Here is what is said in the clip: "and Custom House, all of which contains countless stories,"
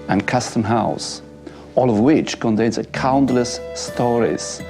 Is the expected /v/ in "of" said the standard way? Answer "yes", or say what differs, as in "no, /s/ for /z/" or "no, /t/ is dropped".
yes